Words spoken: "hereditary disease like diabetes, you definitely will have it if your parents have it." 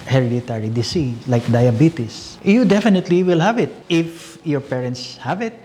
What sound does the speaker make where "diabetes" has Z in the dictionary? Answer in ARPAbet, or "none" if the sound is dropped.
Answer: S